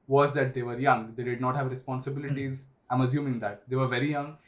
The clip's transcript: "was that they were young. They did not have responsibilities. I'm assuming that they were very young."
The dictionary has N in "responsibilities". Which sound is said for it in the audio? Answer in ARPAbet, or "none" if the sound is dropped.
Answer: N